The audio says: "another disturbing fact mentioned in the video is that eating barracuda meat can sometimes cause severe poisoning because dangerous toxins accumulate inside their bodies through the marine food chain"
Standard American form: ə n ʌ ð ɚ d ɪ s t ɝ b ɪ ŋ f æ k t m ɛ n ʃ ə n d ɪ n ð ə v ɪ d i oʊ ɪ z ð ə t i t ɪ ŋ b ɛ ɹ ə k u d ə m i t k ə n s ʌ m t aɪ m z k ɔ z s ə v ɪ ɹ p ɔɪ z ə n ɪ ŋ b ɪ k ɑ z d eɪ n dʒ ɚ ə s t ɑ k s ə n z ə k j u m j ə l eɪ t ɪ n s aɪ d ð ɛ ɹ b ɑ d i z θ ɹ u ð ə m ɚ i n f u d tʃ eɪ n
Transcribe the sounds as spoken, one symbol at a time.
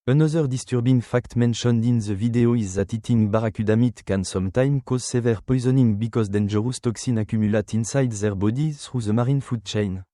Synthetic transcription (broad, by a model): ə n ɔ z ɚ d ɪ s t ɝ b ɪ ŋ f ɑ k t m ɛ n ʃ ə n d ɪ n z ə v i d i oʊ ɪ z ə t i t ɪ ŋ b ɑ ɹ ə k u d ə m i t k ə n s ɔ m t aɪ m k ɔ z s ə v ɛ ɹ p ɔɪ z ə n ɪ ŋ b ɪ k ɑ z d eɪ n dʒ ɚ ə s t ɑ k s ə n ə k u m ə l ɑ t ɪ n s aɪ d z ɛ ɹ b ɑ d i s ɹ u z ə m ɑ i n f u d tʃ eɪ n